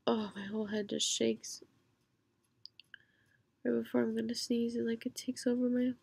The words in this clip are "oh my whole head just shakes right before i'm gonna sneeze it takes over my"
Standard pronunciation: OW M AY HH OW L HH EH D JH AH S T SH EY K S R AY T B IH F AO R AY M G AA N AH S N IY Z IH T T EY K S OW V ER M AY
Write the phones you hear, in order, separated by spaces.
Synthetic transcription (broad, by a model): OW M AY HH OW L HH EH D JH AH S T SH EY K S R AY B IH F AO R AY M G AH N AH S N IY Z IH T T EY K S OW V ER M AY